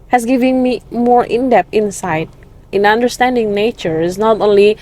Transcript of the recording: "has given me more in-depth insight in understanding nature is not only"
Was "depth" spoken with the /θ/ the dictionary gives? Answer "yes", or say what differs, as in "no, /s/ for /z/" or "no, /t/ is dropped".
no, /t/ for /θ/